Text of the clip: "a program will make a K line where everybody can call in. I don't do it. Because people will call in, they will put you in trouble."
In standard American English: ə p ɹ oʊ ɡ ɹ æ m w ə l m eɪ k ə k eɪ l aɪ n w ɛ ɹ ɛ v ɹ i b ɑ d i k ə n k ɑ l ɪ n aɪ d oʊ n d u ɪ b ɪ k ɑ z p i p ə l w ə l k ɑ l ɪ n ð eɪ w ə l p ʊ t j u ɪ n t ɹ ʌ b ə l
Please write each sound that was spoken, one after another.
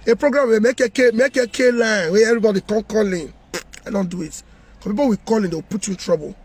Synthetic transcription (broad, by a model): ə p ɹ oʊ ɡ ɹ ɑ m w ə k m eɪ k ə k eɪ l aɪ n w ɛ ɛ v ɹ i b ɑ d i k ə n k ɑ l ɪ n aɪ d oʊ n d u ɪ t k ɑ p i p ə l w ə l k ɑ l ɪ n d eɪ w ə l p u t j u ɪ n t ɹ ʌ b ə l